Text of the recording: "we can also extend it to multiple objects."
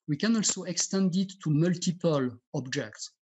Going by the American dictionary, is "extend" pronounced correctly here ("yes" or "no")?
yes